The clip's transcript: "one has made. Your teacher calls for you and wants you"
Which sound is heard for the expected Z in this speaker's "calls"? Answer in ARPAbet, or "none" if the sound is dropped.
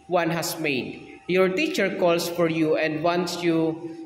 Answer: S